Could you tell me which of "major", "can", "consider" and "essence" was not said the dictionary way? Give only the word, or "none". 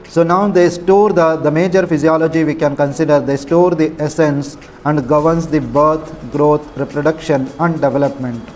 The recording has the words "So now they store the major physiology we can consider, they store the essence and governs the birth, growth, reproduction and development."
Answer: none